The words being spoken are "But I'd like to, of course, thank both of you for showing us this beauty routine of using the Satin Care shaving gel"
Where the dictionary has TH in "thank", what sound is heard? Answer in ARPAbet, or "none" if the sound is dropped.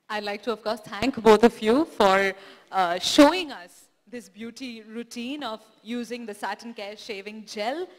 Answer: T